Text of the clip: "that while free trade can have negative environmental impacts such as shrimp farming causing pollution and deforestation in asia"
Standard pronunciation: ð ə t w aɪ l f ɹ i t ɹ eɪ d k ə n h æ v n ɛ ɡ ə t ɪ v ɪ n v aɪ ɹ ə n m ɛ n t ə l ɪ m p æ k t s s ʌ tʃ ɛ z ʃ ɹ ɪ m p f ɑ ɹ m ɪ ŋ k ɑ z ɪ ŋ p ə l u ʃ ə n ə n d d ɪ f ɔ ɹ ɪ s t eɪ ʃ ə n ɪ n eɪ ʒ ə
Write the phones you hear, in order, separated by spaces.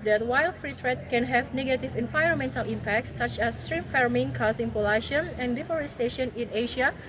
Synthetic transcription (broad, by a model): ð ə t w aɪ l f ɹ i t ɹ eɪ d k ə n h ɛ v n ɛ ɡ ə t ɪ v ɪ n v aɪ ɹ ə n m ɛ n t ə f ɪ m p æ k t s s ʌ tʃ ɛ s ɹ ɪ p f ɑ ɹ m ɪ ŋ k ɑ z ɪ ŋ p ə l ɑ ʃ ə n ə n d d ɪ f ɔ ɹ ɪ s t eɪ ʃ ə n ɪ n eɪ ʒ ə